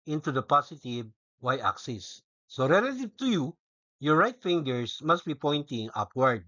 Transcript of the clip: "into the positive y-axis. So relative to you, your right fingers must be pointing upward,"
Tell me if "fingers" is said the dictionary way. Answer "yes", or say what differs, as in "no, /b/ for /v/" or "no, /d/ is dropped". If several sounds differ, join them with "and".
no, /s/ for /z/